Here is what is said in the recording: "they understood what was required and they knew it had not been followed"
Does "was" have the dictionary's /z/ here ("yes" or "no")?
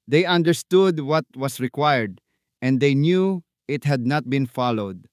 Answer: no